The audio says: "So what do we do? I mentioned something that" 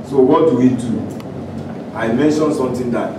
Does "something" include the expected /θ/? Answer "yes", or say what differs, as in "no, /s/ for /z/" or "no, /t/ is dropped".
no, /t/ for /θ/